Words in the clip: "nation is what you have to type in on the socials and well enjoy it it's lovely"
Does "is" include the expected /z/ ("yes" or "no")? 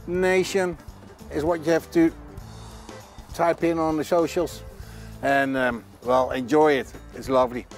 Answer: yes